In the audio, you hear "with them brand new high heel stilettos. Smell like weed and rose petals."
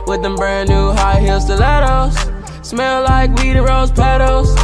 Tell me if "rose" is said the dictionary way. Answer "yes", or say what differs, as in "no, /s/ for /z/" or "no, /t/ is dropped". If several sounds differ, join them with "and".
yes